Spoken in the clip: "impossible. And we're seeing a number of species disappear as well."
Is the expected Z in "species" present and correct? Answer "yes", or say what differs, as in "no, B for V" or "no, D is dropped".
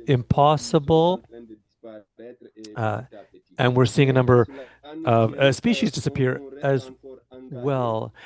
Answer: yes